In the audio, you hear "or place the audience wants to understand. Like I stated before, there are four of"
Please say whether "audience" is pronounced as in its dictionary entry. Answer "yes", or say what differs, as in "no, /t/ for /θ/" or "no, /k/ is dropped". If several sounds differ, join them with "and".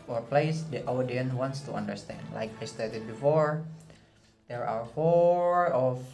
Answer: no, /s/ is dropped